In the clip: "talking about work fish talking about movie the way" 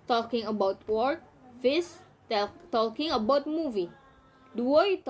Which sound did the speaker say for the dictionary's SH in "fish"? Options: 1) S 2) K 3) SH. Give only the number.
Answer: 1